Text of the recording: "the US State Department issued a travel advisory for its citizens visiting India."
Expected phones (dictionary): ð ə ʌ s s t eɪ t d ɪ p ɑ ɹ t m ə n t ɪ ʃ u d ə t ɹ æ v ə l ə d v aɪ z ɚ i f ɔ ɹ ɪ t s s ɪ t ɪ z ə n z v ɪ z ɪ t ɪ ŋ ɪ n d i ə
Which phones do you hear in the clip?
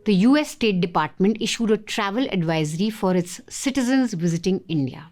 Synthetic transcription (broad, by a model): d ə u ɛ s t eɪ t d ɪ p ɑ ɹ t m ə n t ɪ ʃ u d ə t ɹ æ v ə l ə d v aɪ z ɚ i f ɔ ɹ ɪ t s s ɪ t ɪ z ə n z v ɪ z ɪ t ɪ ŋ ɪ n d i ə